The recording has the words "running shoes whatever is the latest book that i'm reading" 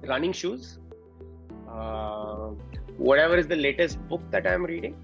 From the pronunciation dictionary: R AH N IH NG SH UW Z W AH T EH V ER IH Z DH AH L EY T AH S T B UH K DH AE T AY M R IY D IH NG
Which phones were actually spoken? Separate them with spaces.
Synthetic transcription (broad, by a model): R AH N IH NG SH UW Z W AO T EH V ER IH Z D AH L EY T AH S T B UH K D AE T AY M R IY D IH NG